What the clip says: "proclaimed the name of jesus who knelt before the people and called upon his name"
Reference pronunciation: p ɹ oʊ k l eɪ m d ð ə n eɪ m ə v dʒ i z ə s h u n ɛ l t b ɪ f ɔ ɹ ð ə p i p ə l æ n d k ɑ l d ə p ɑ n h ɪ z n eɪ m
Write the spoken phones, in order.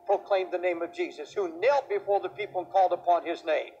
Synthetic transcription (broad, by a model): p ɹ oʊ k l eɪ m ð ə n eɪ m ə v dʒ i z ə s h u n ɛ l t b ɪ f ɔ ɹ ð ə p i p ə l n k ɑ l d ə p ɑ n ɪ z n eɪ m